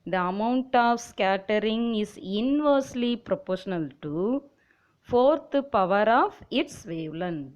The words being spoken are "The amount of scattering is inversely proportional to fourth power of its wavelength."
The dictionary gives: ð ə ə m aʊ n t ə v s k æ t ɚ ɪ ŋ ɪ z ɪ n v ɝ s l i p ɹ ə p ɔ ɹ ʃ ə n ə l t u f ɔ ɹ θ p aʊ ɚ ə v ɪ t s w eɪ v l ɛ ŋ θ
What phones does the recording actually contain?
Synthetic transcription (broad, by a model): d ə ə m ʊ n t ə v s k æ t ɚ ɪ ŋ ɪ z ɪ n v ɝ s l i p ɹ ə p ɔ ɹ ʃ ə n ə l t u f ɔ ɹ t p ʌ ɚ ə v ɪ t s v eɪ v l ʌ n